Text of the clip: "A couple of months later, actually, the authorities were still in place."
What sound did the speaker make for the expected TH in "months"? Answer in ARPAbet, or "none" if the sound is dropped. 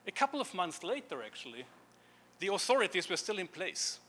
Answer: TH